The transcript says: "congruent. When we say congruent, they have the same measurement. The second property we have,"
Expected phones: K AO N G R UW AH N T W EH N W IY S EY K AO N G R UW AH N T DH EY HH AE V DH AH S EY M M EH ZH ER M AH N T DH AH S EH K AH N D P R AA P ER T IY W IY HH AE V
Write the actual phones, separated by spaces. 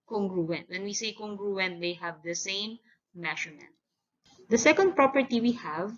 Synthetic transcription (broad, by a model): K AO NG G R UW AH N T W EH N W IY S EY K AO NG G R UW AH N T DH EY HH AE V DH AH S EY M M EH SH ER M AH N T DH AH S EH K AH N D P R AA P ER T IY W IY HH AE V